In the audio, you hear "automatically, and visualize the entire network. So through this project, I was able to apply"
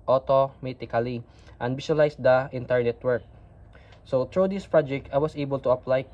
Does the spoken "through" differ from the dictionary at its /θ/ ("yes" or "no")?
yes